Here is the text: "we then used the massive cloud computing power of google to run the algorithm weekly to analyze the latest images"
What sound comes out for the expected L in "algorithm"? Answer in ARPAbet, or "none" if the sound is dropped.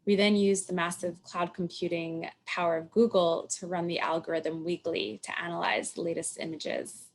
L